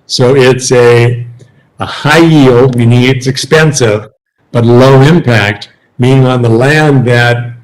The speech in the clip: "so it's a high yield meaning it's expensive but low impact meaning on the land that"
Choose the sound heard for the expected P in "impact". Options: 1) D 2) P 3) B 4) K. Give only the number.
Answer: 2